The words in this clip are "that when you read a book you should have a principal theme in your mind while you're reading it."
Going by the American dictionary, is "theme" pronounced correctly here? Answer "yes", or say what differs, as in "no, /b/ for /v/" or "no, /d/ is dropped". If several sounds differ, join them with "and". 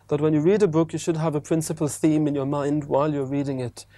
yes